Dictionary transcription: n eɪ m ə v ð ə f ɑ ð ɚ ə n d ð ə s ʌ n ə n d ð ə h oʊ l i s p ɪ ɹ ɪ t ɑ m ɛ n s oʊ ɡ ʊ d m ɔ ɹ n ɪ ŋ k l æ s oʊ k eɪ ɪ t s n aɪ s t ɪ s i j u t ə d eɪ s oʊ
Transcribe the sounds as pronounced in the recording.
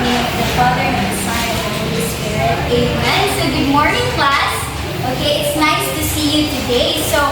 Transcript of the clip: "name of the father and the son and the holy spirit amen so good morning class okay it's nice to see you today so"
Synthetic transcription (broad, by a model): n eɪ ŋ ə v ð ə f ɑ ð ɚ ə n ð ə s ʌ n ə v ð ə h oʊ l i s p ɪ ɹ ɪ t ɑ ɛ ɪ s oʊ ɡ ʊ d m ɔ ɹ n ɪ ŋ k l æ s oʊ k eɪ ɪ t s n aɪ s t ɪ s i j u t ə d eɪ s oʊ